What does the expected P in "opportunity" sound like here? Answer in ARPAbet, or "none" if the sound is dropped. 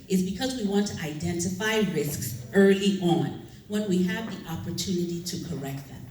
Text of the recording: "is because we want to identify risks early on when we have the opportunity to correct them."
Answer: P